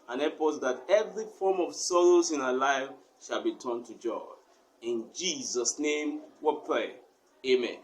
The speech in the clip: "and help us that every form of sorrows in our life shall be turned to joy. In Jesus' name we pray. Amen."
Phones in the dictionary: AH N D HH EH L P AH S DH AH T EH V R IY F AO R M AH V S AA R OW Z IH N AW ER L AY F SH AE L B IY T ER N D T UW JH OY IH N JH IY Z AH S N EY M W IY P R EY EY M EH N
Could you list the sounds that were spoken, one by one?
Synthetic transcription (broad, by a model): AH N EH P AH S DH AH T EH V R IY F AO M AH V S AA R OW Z IH N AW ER L AY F SH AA L B IY T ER N T UW JH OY IH N JH IY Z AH S N EY M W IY P R EY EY M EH N